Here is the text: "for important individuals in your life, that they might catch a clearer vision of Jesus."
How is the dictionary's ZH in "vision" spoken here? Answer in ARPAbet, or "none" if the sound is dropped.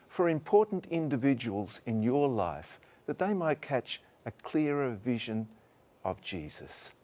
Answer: ZH